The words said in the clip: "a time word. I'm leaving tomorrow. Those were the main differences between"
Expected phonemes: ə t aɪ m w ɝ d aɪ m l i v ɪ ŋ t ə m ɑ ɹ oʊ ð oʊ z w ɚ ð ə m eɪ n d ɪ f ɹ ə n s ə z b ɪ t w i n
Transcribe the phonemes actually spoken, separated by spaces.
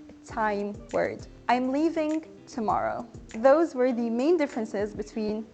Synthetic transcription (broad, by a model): t aɪ m w ɝ d aɪ m l i v ɪ ŋ t ə m ɑ ɹ oʊ ð oʊ z w ɚ ð ə m eɪ n d ɪ f ɹ ə n s ə z b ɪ t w i n